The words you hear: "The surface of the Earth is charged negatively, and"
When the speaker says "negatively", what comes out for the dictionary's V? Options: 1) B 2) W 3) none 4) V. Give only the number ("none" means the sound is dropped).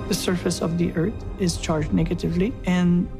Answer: 4